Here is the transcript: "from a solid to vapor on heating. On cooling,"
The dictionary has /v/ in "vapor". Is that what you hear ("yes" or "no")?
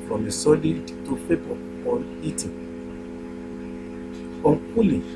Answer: no